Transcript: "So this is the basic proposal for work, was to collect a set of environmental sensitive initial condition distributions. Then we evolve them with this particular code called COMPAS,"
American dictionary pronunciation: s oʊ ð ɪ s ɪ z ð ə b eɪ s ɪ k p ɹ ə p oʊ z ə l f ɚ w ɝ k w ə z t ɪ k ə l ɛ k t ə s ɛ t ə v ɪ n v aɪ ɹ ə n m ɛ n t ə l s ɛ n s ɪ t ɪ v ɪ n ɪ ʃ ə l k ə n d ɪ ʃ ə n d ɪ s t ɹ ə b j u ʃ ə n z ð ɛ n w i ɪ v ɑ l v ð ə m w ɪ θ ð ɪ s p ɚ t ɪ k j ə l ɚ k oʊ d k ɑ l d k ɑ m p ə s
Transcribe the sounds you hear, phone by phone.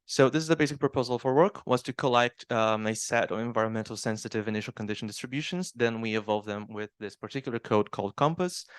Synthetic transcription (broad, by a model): s oʊ ð ɪ s ɪ z ð ə b eɪ s ɪ k p ɹ ə p oʊ z ə l f ɚ w ɝ k w ə z t ɪ k ə l ɛ k t ə s ɛ t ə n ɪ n v aɪ ɹ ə n m ɛ n t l s ɛ n s ɪ t ɪ v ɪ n ɪ ʃ l k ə n d ɪ ʃ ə n d ɪ s t ɹ ə b j u ʃ ə n z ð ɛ n w i ɪ v ɑ l v ð ə m w ɪ ð ɪ s p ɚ t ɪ k j l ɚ k oʊ d k ɑ l d k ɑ m p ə s